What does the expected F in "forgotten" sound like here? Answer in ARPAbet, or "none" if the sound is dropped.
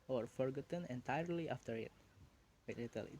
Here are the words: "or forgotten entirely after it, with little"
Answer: F